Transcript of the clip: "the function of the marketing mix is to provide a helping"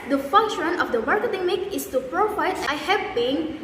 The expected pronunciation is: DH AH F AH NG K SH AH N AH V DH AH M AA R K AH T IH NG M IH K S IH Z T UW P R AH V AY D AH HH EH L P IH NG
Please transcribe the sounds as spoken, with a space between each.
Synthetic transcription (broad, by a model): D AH F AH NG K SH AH N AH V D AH M AA R K AH T IH NG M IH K IH S T UW P R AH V AY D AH HH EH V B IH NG